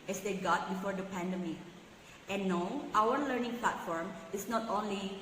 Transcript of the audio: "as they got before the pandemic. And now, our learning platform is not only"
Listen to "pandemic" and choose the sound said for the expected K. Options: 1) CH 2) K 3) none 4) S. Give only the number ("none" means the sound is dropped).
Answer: 3